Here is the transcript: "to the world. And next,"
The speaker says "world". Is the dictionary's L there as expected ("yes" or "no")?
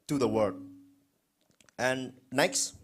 no